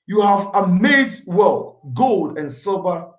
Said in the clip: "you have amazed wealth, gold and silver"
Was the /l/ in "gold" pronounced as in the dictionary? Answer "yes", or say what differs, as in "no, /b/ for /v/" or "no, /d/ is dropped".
yes